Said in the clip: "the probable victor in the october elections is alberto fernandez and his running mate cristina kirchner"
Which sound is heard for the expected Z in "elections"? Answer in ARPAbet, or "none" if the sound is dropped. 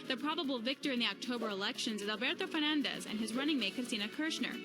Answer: Z